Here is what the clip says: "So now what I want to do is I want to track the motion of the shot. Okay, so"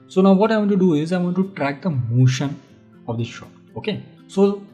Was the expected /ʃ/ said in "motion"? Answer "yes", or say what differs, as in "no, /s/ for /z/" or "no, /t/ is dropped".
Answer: yes